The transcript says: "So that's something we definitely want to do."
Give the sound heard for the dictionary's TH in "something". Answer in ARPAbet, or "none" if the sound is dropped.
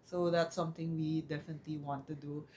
T